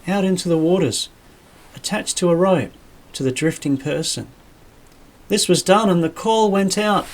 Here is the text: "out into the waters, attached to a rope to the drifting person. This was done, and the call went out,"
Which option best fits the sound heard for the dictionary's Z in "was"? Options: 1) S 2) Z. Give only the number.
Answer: 2